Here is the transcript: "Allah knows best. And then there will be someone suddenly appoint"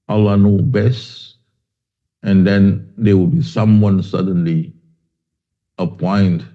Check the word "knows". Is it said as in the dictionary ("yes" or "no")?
no